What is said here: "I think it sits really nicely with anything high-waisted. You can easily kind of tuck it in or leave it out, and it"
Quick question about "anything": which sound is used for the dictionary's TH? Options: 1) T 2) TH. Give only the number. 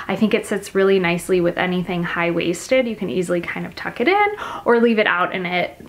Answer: 2